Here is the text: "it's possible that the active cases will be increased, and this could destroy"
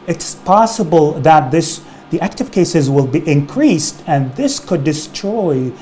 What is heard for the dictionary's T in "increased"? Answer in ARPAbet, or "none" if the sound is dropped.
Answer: T